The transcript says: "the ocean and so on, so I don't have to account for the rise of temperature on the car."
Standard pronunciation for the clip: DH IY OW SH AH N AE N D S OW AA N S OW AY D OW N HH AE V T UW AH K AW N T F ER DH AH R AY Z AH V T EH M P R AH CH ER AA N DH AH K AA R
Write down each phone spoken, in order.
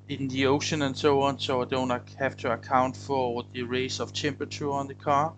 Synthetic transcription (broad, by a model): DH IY OW SH AH N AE N S OW AA N S OW AY D OW N HH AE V T UW AH K AW N T F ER DH AH R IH S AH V T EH M P R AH CH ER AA N DH AH K AA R